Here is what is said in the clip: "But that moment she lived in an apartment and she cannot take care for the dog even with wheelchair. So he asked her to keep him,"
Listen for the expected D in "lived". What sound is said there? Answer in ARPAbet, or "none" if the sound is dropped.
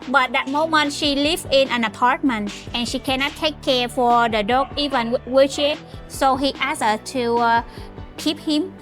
none